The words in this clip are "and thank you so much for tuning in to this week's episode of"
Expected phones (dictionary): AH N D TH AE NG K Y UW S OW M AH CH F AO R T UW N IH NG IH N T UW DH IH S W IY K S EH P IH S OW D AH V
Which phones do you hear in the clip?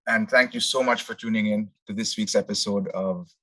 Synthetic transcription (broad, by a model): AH N D T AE NG K Y UW S OW M AH CH F AO R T UW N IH NG IH N T UW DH IH S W IY K S EH P IH S OW D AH V